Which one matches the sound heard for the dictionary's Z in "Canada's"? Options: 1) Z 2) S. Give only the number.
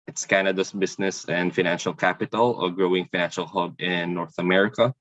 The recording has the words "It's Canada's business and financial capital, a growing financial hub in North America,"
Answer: 2